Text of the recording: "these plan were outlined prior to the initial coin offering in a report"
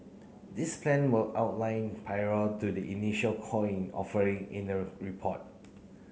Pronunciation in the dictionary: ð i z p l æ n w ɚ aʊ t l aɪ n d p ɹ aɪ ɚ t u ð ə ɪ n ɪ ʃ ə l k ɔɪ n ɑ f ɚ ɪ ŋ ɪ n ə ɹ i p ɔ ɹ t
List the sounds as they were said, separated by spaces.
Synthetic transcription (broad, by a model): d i s p l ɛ n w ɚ aʊ t l aɪ n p aɪ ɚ t u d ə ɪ n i ʃ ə l k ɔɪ n ɑ f ɚ ɪ ŋ ɪ n ə ɹ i p ɔ t